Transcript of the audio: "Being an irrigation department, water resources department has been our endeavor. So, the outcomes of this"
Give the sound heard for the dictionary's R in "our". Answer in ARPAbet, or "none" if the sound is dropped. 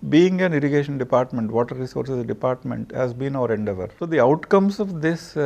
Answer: R